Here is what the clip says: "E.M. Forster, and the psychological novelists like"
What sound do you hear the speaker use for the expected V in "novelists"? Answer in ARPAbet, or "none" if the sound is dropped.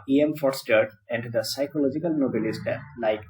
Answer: B